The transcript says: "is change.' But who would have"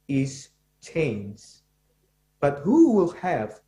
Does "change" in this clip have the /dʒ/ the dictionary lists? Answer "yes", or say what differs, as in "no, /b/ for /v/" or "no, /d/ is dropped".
no, /z/ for /dʒ/